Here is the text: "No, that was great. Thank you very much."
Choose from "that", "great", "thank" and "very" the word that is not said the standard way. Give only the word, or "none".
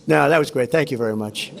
none